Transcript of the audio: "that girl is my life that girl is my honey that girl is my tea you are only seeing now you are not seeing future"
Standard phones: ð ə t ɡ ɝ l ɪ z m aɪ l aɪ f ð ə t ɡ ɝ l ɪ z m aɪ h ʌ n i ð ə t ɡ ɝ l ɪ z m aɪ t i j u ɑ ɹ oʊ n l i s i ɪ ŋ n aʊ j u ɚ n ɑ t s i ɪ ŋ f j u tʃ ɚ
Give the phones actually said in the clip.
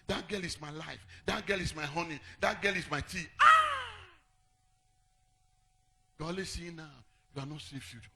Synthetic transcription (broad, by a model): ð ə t ɡ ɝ l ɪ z m aɪ l aɪ f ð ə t ɡ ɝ l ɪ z m aɪ h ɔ n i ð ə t ɡ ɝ l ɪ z m aɪ t i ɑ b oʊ l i s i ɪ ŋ n aʊ j u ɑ n ɑ t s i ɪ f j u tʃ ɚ